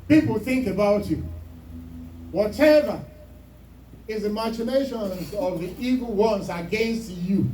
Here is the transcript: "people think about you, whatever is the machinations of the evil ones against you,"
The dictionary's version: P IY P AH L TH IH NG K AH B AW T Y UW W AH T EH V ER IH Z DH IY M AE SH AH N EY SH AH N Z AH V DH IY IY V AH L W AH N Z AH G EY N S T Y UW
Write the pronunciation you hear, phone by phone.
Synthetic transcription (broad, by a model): P IY P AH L TH IH NG K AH B AW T Y UW W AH T EH V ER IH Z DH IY M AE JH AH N EY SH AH N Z AH V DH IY IY V AH L W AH N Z AH G EY N S T Y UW